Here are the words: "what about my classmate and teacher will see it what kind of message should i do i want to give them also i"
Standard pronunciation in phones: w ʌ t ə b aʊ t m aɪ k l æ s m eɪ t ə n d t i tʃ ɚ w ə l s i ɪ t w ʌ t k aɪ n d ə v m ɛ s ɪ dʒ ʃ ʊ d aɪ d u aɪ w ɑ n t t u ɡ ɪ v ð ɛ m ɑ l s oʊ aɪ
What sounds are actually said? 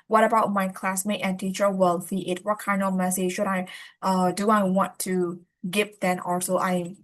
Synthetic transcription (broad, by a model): w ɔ t ə b aʊ t m aɪ k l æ s m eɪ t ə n t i tʃ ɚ w ə l θ i ɪ t w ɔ t k aɪ n d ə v m ɛ s ɪ dʒ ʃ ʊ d aɪ d u aɪ w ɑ n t t u ɡ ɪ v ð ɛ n ɑ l s oʊ aɪ